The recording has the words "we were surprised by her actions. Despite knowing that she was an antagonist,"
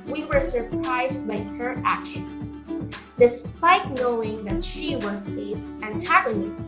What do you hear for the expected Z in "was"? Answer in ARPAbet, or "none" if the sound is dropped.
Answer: Z